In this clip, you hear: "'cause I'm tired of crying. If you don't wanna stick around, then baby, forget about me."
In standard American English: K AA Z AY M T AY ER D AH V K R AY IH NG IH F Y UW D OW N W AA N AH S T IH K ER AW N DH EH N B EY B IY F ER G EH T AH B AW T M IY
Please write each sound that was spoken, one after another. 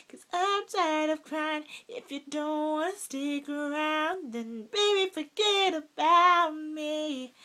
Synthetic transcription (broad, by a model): K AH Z AY M S AY D AH V K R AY IH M IH F Y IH D OW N W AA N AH S T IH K ER AW N DH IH N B EY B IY F ER G EH T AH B AW T M IY